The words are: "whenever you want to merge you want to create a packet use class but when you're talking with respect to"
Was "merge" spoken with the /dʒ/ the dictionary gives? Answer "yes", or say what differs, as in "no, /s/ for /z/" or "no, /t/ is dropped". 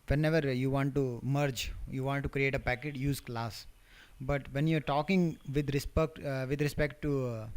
yes